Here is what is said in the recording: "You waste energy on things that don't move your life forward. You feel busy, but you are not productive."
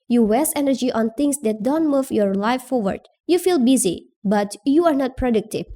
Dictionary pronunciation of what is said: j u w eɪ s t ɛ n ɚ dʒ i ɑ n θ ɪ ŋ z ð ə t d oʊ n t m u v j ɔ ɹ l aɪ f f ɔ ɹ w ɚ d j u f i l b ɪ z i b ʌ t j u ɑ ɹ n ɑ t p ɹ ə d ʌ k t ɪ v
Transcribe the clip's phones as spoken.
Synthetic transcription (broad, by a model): j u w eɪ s ɛ n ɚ dʒ i ɑ n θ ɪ ŋ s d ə t d oʊ n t m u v j ɔ ɹ l aɪ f f ɔ ɹ w ɚ d j u f i l b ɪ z i b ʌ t j u ɑ ɹ n ɑ t p ɹ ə d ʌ k t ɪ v